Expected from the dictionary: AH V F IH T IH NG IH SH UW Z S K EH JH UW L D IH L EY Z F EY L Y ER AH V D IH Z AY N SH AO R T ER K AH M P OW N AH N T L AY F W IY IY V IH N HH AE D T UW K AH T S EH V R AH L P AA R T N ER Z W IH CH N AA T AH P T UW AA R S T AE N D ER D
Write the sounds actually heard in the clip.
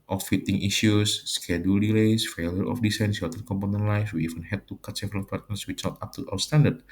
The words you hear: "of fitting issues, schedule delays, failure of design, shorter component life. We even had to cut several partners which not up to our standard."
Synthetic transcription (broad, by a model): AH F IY T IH NG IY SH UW S K EH JH UW L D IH L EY S F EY L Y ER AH F D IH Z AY N S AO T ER K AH M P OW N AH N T L AY F W IY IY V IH N HH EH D T UW K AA T S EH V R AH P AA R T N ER S W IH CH N AA T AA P T UW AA W S T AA N D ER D